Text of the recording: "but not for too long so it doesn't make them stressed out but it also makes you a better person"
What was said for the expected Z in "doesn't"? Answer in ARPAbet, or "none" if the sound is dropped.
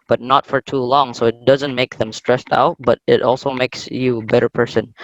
Z